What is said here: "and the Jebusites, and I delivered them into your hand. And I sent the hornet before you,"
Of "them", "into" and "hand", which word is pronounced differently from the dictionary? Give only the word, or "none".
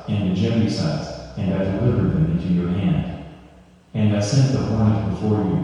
none